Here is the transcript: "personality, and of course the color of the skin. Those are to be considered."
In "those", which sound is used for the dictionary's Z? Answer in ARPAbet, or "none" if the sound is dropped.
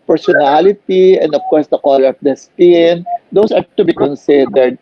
S